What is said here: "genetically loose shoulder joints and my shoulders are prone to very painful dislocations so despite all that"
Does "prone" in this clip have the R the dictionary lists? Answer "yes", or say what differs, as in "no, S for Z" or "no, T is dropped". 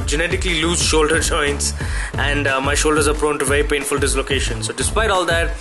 yes